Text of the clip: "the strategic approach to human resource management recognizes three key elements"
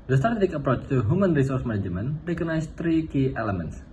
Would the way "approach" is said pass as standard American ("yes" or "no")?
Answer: yes